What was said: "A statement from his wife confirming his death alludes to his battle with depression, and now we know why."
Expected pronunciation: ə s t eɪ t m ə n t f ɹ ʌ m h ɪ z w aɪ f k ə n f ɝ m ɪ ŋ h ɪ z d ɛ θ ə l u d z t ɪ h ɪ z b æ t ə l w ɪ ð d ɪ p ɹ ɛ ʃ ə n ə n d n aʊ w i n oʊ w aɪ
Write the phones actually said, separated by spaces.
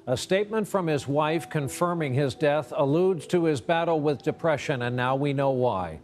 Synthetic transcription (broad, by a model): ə s t eɪ t m ə n t f ɹ ʌ m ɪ z w aɪ f k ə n f ɝ m ɪ ŋ ɪ z d ɛ θ ə l u d z t ɪ ɪ z b æ t l w ɪ ð d ɪ p ɹ ɛ ʃ ə n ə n n aʊ w i n oʊ w aɪ